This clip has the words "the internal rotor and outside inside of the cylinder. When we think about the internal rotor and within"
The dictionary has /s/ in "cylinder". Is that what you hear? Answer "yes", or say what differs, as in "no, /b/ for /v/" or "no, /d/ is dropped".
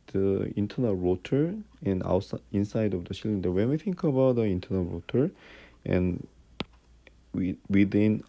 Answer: no, /ʃ/ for /s/